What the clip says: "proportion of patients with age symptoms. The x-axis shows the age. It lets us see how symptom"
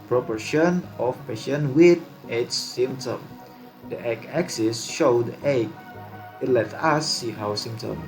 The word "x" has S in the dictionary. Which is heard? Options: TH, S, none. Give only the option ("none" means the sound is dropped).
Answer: none